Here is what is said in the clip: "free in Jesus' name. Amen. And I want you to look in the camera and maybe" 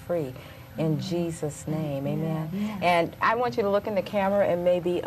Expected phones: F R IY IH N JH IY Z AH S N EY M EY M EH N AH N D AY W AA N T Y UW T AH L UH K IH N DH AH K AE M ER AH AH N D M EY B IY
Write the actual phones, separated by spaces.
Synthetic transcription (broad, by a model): F R IY IH N JH IY Z AH S N EY M EY M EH N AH N AY W AA N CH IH T AH L UH K IH N DH AH K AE M ER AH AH N M EY B IY